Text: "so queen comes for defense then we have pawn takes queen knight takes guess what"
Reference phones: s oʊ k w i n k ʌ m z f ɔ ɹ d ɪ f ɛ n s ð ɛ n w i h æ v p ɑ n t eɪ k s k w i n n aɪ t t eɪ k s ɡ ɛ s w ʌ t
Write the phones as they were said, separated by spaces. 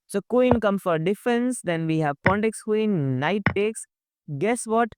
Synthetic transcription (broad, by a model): s oʊ k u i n k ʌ m f ɔ ɹ d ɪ f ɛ n s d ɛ n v i h æ v p ɑ n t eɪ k s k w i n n aɪ t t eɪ k s ɡ ɛ s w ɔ t